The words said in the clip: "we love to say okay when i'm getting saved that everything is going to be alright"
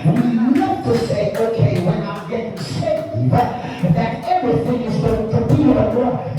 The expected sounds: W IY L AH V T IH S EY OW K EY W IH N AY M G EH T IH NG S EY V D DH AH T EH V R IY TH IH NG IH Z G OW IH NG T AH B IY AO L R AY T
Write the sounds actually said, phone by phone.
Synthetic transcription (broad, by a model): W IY N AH F T IH S EY OW K EY W IH N AY M G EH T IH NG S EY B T DH AH T EH V R IY TH IH NG IH Z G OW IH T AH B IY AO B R